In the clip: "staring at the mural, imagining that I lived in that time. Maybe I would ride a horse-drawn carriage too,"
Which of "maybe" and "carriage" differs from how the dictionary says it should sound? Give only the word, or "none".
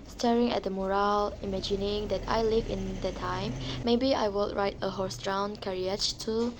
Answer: carriage